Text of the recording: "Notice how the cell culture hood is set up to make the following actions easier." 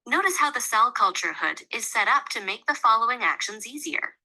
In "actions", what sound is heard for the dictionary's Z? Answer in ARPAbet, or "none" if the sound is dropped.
Z